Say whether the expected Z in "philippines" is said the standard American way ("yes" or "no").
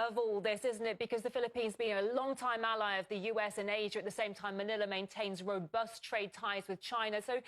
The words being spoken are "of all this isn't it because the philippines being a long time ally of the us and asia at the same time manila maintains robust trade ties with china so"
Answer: yes